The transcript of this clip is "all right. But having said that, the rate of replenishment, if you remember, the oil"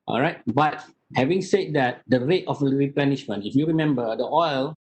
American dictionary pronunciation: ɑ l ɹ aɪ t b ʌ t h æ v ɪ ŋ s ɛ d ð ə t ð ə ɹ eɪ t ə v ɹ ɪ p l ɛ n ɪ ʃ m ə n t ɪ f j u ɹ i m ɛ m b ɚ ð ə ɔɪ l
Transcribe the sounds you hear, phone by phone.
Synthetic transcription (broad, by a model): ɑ l ɹ aɪ t b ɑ t h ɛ v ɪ ŋ s ɛ d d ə t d ə ɹ eɪ t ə f ɹ ɪ p l ɛ n ɪ ʃ m ə n t ɪ f j u ɹ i m ɛ m b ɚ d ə ɔɪ l